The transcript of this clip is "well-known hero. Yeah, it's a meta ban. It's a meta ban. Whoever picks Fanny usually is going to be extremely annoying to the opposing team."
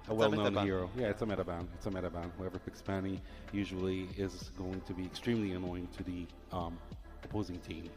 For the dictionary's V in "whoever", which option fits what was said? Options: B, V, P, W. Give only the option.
V